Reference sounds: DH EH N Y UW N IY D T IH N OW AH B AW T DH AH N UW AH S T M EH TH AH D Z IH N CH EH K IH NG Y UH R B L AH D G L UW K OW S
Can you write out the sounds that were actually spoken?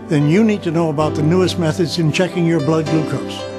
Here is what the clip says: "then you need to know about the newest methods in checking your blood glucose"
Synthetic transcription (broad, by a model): DH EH N Y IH N IY D T IH N OW AH B AW T DH AH N UW AH S T M EH TH AH D Z IH N CH EH K IH NG Y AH R B L AH D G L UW K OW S